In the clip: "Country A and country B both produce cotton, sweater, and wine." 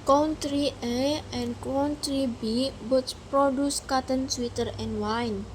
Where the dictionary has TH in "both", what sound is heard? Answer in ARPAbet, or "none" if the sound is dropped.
S